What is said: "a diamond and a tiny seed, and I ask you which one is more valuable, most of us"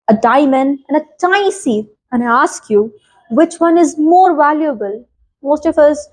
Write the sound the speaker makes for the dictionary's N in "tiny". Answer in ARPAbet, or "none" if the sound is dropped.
none